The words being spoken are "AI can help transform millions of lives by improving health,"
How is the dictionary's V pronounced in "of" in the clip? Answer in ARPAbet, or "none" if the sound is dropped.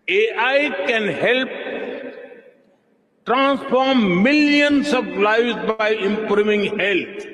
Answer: P